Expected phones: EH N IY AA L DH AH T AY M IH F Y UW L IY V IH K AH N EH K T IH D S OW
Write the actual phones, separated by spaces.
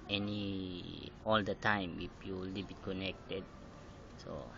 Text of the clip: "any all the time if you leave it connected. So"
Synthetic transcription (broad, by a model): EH N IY AA L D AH T AY M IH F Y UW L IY B IH K AH N EH K T IH D S OW